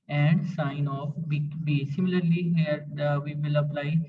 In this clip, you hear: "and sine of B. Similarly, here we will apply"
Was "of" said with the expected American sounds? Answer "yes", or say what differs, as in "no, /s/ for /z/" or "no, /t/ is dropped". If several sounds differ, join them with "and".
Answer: no, /b/ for /v/